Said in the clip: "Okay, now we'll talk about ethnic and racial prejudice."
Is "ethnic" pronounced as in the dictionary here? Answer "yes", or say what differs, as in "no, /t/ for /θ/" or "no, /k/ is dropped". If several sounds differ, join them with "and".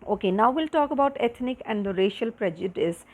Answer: no, /t/ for /θ/